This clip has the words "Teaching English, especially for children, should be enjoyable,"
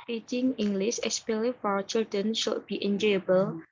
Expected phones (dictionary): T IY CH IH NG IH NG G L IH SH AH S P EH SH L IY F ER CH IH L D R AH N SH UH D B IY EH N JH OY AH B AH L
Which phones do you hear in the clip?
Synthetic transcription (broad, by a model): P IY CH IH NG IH NG G L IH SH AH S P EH L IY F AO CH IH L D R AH N SH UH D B IY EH N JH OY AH B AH L